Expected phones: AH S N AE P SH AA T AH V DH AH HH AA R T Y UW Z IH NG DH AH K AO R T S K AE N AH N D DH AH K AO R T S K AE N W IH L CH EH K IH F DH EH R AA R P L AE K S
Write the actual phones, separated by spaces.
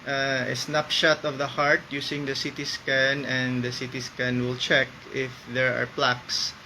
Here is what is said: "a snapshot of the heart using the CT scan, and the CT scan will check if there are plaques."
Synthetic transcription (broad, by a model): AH S N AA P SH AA T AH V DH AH HH AA R T Y UW S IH NG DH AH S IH T S K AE N AH N D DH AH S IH T S K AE N W IH L CH EH K IH F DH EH R AA R P L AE K S